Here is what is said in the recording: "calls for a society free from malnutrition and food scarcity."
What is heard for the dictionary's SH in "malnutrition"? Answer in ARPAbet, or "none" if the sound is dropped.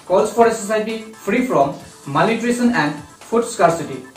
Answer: S